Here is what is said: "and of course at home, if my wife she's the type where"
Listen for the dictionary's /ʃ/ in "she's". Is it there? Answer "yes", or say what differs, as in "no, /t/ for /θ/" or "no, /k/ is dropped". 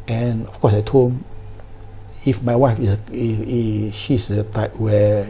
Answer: no, /s/ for /ʃ/